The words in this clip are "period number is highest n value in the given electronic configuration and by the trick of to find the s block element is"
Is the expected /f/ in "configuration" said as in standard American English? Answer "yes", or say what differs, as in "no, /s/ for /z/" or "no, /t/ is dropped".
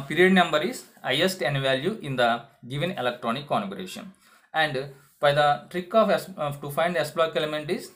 no, /f/ is dropped